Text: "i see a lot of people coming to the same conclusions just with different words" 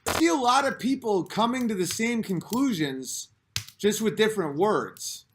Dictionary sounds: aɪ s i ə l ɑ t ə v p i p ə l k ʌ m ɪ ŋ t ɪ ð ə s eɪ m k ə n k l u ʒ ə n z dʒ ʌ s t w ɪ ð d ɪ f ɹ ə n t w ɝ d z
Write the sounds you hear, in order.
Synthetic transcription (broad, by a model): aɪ s i ə l ɑ t ə v p i p l k ʌ m ɪ ŋ t ɪ ð ə s eɪ m k ə n k l u ʒ ə n z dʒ ʌ s t w ɪ ð d ɪ f ɹ ə n t w ɝ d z